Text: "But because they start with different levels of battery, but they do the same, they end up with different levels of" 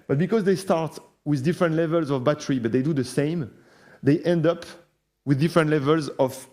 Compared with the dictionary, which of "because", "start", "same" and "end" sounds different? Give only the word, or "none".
none